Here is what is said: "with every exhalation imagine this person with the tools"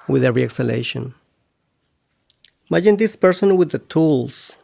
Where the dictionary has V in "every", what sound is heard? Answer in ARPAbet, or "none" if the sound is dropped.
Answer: none